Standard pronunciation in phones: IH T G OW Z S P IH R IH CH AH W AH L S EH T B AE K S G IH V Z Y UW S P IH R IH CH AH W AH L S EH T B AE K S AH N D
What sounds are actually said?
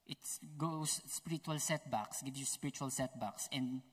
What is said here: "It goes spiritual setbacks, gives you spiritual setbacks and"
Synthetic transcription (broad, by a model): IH T G OW S P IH R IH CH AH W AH L S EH T B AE K S G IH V Y UW S P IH R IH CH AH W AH L S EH T B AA K S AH N D